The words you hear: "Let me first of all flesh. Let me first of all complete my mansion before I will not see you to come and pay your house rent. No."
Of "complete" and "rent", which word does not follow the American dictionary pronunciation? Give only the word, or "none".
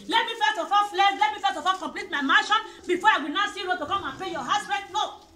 rent